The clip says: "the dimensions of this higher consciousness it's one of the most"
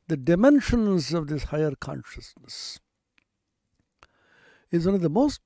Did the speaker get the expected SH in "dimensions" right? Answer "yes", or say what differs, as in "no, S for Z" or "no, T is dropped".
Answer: yes